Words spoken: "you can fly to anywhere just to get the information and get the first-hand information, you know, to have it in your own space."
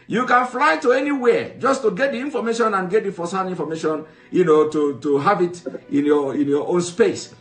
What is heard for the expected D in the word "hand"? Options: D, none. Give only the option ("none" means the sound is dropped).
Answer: none